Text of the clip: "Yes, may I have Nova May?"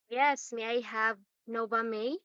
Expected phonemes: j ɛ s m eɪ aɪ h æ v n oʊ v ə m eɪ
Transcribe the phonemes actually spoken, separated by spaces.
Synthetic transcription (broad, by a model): j ɛ s m eɪ aɪ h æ v n oʊ b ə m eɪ